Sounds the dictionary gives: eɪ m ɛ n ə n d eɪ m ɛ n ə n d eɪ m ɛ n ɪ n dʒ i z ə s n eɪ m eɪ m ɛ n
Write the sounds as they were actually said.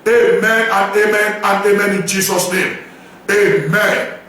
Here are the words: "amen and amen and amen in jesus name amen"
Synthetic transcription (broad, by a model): eɪ m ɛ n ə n eɪ m ɛ n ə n eɪ m ɛ n ɪ n dʒ i s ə s n eɪ m eɪ m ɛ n